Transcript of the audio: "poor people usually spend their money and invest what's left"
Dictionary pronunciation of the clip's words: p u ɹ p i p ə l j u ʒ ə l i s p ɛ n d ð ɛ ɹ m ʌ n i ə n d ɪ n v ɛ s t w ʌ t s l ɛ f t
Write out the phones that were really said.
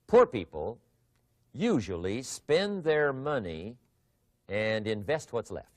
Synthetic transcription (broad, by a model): p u ɹ p i p ə l j u ʒ ə l i s p ɛ n ð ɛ ɹ m ʌ n i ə n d ɪ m v ɛ s t w ʌ t s l ɛ f t